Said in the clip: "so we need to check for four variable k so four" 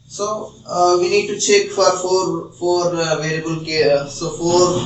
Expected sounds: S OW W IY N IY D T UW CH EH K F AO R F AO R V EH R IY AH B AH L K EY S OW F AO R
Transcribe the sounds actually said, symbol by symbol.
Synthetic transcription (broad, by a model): S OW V IY N IY D T UW CH EH K F AO R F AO R F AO R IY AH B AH L K EY S OW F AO R